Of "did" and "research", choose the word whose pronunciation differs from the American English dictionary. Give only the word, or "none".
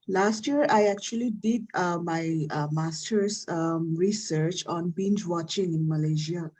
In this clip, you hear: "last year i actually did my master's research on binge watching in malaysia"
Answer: none